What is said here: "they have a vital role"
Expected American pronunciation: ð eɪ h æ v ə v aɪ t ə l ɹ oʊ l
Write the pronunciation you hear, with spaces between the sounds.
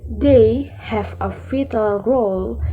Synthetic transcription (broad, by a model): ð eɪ h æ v ə f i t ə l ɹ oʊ l